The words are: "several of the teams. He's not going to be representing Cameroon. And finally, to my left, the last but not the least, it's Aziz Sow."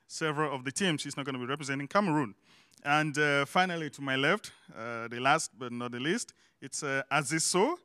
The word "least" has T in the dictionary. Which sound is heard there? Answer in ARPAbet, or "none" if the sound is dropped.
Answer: T